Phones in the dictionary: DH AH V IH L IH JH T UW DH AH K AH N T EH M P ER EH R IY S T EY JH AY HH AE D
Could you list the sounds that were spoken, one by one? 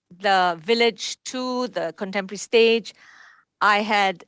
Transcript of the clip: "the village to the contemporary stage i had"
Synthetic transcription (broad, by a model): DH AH V IH L IH JH T UW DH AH K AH N T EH M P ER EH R IY S T EY JH AY HH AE D